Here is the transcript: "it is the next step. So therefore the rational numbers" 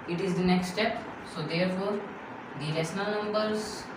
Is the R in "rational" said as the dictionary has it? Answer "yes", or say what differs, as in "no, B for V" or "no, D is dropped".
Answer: no, L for R